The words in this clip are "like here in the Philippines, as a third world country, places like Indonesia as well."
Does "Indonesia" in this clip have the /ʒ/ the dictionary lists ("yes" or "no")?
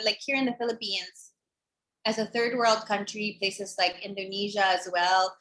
yes